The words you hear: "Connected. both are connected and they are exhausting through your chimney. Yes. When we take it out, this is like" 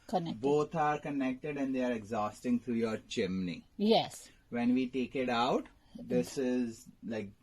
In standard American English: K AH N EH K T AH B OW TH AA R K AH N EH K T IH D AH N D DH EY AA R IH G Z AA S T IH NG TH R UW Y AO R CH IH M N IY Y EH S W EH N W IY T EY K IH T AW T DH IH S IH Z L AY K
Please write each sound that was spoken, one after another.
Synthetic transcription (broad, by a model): K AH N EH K B OW T AA R K AH N EH K T IH D AH N D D EY AA R IH G Z AA S T IH NG T R UW Y AO R CH IH M N IY Y EH S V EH N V IY T EY K IH T AW T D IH S IH Z L AY K